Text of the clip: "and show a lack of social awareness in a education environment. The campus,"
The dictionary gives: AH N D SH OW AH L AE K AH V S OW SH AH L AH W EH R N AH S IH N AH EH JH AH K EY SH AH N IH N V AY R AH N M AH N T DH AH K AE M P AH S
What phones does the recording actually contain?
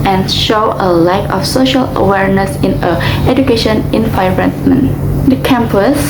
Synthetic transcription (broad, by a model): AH N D SH OW AH L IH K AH F S OW SH AH L AH W EH R N AH S IH N AH EH JH AH K EY SH AH N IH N F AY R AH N M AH N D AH K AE M P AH S